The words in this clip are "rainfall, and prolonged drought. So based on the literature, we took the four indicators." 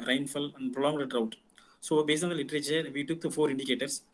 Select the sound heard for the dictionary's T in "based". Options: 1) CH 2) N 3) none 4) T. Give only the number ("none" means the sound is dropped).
3